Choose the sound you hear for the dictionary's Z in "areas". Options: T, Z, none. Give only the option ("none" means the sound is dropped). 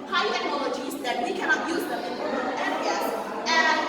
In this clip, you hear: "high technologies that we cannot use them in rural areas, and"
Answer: none